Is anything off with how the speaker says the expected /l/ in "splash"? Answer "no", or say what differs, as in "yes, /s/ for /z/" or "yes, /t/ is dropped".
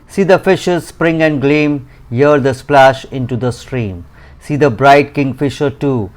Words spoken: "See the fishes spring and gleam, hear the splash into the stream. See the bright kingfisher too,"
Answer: no